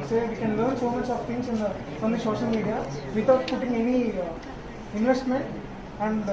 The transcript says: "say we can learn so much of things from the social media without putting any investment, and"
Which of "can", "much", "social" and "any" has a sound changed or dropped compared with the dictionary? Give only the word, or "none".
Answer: social